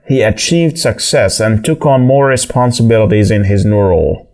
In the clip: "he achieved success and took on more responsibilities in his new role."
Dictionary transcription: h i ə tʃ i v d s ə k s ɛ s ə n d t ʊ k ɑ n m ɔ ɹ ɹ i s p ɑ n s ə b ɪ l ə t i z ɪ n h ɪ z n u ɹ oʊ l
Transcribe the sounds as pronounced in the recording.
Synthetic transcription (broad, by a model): h i ə tʃ i v d s ə k s ɛ s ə n t ʊ k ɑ n m ɔ ɹ ɹ i s p ɑ n s ə b ɪ l ə t i z ɪ n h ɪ z n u ɹ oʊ l